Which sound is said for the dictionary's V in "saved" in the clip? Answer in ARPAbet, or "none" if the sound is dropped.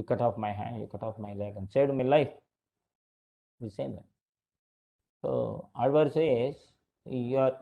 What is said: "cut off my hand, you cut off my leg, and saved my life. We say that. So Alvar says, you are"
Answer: none